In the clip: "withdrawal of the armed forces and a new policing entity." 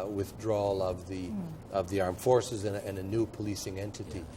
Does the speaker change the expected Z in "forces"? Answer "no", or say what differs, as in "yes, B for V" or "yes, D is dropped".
no